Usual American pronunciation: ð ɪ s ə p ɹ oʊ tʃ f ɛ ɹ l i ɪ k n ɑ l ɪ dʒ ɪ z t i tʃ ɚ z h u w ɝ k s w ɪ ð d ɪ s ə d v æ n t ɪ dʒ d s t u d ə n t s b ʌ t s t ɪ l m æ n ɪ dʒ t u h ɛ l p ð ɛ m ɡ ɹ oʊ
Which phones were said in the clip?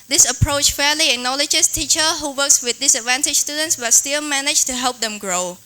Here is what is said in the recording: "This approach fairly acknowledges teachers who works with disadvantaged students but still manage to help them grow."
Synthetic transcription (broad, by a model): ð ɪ s ə p ɹ oʊ tʃ f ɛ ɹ l i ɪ k n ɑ l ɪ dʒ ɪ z t i tʃ ɚ h u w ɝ k s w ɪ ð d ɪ s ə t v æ n t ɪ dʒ s t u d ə n t s b ʌ t s t ɪ l m æ n ɪ dʒ t u h ɛ l p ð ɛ m ɡ ɹ oʊ